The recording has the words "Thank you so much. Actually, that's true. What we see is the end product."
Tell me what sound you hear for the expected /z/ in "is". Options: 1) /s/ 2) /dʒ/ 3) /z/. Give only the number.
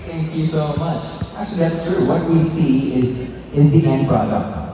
3